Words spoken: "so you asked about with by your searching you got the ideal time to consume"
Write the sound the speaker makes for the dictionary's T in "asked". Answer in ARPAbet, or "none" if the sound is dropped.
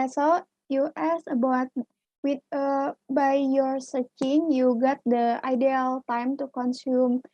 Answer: none